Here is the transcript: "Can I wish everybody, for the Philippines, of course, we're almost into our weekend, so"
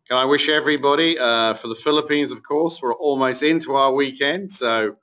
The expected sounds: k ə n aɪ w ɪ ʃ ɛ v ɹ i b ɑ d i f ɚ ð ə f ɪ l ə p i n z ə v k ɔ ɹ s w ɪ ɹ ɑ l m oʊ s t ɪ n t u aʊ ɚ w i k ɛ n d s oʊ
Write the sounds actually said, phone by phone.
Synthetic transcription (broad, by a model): k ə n aɪ w ɪ ʃ ɛ v ɹ i b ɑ d i f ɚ ð ə f ɪ l ə p i n z ə v k ɔ ɹ s w ɪ ɹ ɑ l m oʊ s t ɪ n t u aʊ ɚ w i k ɛ n d s oʊ